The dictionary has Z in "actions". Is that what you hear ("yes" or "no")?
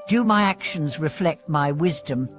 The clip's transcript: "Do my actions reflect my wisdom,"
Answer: yes